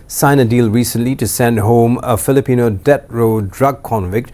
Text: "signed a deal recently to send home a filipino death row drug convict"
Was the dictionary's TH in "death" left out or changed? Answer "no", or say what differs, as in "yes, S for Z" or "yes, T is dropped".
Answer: yes, T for TH